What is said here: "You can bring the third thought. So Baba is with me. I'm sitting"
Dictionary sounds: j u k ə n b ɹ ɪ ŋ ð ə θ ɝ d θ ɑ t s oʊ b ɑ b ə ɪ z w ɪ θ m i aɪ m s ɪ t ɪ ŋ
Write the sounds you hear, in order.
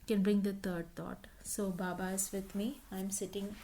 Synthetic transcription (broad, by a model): k ə n b ɹ ɪ ŋ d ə t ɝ d t ɑ t s oʊ b ɑ b ə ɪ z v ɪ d m i aɪ m s ɪ t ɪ ŋ